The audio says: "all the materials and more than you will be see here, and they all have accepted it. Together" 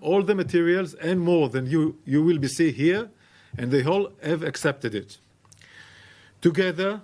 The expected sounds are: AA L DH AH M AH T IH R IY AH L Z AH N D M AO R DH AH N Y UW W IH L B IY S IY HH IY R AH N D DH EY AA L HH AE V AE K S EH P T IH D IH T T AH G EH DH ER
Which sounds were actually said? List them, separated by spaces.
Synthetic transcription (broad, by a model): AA L DH AH M AH T IH R IY AH L Z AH N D M AO R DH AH N Y UW W IH L B IY S IY HH IY R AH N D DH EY AA L HH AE V AE K S EH P T IH D IH T T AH G EH DH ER